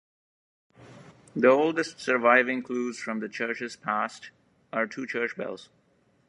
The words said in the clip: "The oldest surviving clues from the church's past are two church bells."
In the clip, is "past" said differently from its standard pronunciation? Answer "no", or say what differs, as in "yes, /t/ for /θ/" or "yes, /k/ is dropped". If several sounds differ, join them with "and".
no